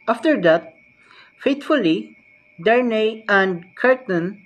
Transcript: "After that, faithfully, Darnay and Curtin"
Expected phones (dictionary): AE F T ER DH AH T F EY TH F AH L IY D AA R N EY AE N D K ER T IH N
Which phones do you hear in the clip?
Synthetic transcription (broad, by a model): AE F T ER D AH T F EY T F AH L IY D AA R N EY AE N D K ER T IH N